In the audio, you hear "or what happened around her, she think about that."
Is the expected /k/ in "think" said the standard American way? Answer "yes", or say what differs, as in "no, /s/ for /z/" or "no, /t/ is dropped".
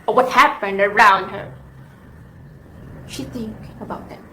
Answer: yes